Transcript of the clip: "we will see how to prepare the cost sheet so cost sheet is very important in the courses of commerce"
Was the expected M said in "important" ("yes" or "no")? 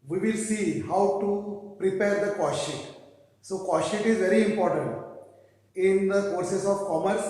yes